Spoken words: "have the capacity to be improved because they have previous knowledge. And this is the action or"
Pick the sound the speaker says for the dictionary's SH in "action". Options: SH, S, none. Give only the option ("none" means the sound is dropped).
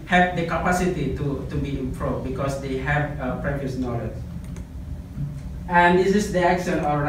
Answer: S